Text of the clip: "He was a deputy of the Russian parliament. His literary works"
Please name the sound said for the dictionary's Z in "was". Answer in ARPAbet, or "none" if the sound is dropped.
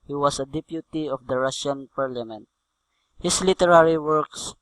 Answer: S